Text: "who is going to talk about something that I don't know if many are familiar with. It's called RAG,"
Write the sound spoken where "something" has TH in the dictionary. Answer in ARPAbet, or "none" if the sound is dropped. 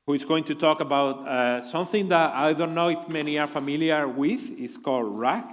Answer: TH